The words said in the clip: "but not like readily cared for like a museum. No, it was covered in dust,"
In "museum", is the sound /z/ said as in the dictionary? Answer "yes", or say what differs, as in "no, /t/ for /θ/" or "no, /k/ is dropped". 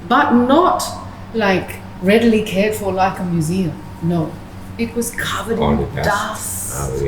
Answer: yes